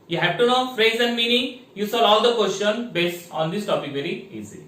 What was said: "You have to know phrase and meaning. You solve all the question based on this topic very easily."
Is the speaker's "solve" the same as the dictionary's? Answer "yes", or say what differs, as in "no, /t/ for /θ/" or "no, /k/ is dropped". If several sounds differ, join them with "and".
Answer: no, /v/ is dropped